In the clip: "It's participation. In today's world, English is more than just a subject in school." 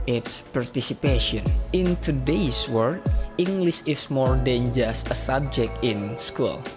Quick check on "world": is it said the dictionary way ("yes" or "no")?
no